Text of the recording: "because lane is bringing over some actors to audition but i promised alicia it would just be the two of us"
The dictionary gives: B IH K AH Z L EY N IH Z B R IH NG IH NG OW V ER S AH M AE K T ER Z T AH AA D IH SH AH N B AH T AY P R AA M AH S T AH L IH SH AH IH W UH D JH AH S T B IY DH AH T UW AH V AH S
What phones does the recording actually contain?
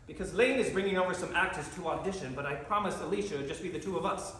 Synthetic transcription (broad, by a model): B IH K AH Z L EY N IH Z B R IH NG IH NG OW V ER S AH M AE K T ER Z T AH AA D IH SH AH N B AH T AY P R AA M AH S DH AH L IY SH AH IH D JH AH S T B IY DH AH T UW AH V AH S